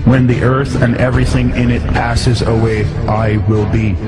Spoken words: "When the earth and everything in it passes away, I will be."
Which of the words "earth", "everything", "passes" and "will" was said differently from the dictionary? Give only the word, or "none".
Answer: none